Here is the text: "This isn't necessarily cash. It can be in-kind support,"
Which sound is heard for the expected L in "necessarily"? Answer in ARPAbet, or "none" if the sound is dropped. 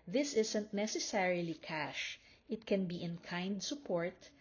L